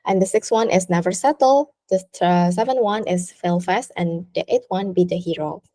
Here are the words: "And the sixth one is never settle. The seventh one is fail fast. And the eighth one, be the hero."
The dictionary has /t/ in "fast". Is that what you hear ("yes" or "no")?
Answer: yes